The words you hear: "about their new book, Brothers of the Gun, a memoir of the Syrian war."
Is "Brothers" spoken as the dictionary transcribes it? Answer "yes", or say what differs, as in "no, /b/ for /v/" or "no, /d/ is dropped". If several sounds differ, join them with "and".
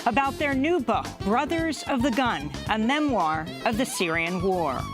yes